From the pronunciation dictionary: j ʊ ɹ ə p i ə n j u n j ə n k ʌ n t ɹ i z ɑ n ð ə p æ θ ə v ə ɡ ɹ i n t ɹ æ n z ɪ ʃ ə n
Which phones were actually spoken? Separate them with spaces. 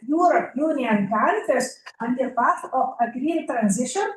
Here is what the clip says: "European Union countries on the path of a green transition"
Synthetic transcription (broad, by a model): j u ɹ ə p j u n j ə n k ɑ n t i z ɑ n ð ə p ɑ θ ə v ə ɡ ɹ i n t ɹ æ n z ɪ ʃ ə n